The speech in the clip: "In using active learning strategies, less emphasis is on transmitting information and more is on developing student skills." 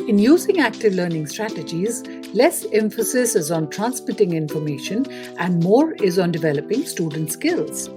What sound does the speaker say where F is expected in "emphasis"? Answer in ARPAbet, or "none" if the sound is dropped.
F